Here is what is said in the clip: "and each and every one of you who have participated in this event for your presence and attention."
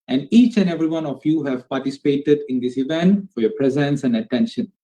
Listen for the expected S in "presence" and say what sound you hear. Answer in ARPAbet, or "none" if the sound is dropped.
S